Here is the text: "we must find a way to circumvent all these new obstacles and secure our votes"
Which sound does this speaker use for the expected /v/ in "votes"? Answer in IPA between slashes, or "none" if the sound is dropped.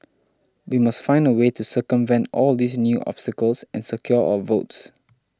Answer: /v/